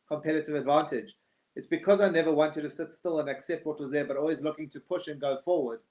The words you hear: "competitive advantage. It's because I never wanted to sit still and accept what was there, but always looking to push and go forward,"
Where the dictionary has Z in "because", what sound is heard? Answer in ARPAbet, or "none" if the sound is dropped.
Z